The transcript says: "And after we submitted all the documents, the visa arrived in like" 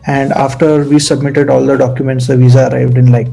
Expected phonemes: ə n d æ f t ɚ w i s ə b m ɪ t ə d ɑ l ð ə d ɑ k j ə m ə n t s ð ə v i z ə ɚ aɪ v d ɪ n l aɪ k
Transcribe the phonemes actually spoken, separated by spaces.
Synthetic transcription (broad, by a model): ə n d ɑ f t ɚ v i s ə b m ɪ t ə d ɑ l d ə d ɑ k j ə m ə n t s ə v i z ə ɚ aɪ v d ɪ n l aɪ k